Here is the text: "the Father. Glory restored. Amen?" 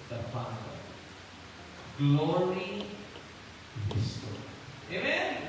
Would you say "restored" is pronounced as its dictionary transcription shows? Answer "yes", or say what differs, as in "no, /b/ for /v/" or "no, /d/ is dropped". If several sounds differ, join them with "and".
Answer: no, /d/ is dropped